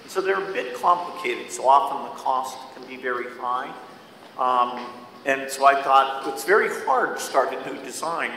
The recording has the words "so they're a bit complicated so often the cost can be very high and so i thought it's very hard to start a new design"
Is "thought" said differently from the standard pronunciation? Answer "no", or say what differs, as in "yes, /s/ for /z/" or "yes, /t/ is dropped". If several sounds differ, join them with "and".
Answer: no